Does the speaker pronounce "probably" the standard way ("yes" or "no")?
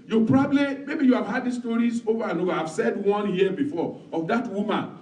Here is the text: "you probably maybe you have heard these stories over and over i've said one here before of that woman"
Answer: yes